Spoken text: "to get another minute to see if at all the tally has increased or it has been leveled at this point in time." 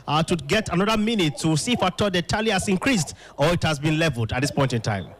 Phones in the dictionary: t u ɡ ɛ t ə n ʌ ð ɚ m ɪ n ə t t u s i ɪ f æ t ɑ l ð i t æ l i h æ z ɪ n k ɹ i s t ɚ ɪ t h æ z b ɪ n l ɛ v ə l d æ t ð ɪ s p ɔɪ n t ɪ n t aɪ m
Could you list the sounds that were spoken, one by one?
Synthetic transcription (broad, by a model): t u ɡ ɛ t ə n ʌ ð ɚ m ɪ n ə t t u s i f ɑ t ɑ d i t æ l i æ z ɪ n k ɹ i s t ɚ ɪ t h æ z b ɪ n l ɛ v ə l d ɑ t ð ɪ s p ɔɪ n t ɪ n t aɪ m